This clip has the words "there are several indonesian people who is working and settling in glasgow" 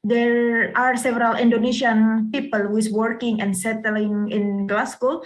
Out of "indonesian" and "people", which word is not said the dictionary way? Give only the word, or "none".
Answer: indonesian